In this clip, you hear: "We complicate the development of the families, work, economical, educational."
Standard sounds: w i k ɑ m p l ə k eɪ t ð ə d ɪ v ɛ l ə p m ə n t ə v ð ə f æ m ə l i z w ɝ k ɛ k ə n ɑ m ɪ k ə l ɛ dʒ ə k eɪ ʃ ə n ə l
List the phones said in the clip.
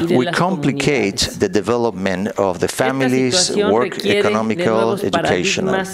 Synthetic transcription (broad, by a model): w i k ɑ m p l ə k eɪ t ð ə d ɪ v ɛ l ə p m ə n t ə v ð ə f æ m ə l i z w ɝ k ɛ k ə n ɑ m ɪ k ə l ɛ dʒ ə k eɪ ʃ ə n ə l